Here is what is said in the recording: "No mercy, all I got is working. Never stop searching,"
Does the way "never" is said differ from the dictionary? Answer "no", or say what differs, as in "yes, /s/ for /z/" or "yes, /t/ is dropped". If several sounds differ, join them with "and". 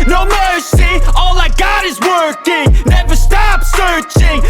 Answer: no